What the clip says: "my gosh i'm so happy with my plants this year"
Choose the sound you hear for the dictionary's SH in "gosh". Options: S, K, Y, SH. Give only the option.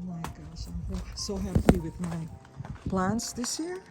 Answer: S